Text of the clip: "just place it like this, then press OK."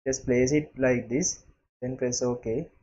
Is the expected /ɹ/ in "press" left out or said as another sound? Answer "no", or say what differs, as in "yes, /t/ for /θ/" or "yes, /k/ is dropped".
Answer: yes, /l/ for /ɹ/